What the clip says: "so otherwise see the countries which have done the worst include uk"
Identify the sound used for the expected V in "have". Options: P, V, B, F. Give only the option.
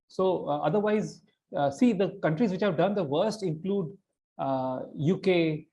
V